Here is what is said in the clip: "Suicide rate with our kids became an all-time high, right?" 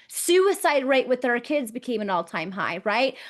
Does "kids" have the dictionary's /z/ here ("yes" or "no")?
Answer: yes